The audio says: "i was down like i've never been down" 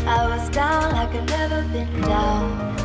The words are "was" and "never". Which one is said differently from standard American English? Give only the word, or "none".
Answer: none